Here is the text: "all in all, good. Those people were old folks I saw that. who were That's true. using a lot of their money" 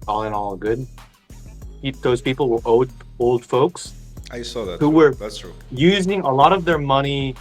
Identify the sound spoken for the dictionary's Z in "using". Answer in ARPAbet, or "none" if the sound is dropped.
Z